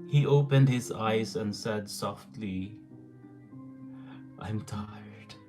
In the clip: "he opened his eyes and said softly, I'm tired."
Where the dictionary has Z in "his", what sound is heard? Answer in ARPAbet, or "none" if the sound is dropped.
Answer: Z